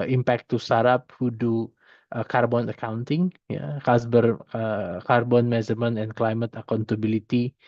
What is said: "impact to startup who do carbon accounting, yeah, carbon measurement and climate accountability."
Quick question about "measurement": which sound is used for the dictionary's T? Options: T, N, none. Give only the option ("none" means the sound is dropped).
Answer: none